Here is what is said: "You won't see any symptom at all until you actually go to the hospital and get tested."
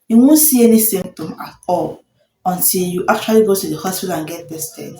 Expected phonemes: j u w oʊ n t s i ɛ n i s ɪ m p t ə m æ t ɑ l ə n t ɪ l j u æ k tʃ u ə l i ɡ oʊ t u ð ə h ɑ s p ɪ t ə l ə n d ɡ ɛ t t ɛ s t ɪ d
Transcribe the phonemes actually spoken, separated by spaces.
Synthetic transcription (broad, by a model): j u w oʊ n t s i ɛ n i s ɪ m t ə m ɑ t ɑ l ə n t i l j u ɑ k tʃ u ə l i ɡ oʊ t u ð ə h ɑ s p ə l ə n ɡ ɛ t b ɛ s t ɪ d